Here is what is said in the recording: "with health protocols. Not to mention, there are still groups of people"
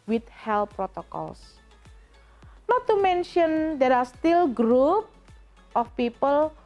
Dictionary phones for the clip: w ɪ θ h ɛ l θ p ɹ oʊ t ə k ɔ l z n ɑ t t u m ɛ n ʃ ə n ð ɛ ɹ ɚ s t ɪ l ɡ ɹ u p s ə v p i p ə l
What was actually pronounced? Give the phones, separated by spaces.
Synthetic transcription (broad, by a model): w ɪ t h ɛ l p ɹ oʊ t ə k ɔ l s n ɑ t t u m ɛ n ʃ ə n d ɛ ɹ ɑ s t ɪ l ɡ ɹ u p ə f p i p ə l